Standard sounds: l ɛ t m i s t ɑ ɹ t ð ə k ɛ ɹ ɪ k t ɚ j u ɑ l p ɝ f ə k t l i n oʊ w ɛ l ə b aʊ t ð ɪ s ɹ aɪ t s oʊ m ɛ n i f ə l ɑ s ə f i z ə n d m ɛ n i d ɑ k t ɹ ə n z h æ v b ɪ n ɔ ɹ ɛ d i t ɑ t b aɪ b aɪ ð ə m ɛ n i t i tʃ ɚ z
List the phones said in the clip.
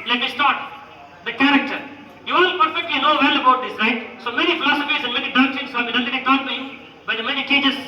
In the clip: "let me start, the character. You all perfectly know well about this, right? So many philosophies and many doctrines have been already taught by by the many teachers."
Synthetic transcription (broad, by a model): l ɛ t m i s t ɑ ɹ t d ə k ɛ ɹ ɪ k t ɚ j u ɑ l p ɝ f ə k t l i n oʊ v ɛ l ə b aʊ t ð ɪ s ɹ aɪ t s oʊ m ɛ n i f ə l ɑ s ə f i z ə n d m ɛ n i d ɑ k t ə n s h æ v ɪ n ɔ ɛ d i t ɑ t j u b aɪ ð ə m ɛ n i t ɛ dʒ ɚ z